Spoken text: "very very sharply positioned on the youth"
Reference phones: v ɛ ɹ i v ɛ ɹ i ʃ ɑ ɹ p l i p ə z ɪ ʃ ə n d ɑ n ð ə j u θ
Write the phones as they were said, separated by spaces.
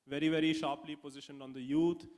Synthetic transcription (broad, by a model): v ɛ ɹ i v ɛ ɹ i ʃ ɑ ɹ p l i p ə z ɪ ʃ ə n d ɑ n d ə j u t